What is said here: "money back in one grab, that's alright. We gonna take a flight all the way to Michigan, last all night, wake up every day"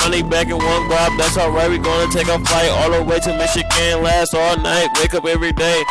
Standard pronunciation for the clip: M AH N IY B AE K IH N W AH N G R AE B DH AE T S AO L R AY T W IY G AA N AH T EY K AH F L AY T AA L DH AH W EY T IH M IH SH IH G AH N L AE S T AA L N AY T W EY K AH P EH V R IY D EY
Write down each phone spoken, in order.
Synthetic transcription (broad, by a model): AH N IY B AE K IH N W AH N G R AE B DH AE T S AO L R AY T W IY G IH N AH T EY K AH F L AY T AA L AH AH W EY T IH M IH SH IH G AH N L AE S T AA L N AY T W EY K AH P EH V R IY D EY